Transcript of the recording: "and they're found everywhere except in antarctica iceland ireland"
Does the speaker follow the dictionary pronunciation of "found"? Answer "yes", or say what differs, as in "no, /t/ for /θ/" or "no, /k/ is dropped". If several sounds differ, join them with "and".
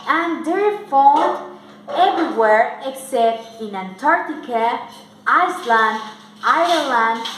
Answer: no, /n/ is dropped